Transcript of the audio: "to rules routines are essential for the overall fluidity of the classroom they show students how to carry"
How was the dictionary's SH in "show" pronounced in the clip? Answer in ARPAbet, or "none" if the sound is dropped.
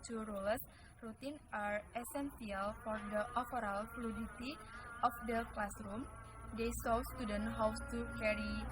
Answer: S